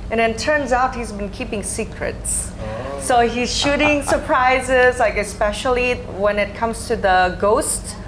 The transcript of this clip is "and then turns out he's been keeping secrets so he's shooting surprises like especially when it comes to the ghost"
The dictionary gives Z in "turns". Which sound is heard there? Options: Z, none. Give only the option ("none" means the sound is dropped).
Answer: Z